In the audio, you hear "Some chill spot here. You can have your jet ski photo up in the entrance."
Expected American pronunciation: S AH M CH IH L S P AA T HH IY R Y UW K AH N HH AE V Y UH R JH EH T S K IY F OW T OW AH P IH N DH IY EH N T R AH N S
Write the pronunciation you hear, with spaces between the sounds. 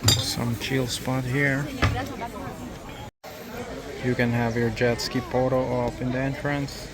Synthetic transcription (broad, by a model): S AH M CH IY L S P AA T HH IY R Y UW K AH N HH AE V Y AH R JH EH T S K IY P OW T OW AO F IH N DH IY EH N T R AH N S